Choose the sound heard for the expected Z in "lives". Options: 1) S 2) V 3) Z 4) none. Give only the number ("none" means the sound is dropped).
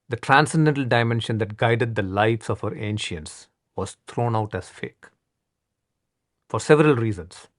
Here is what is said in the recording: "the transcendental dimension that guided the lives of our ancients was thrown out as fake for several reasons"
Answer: 1